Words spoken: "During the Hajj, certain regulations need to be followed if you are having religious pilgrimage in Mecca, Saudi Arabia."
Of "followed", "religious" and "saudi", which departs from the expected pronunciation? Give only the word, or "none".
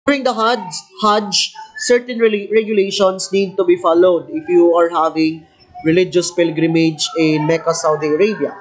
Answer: none